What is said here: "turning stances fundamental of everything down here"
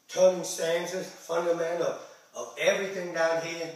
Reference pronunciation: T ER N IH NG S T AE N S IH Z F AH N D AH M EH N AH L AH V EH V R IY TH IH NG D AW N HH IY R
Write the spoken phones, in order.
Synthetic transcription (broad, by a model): T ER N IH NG S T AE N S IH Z F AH N D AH M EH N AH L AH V EH V R IY TH IH NG D AW N HH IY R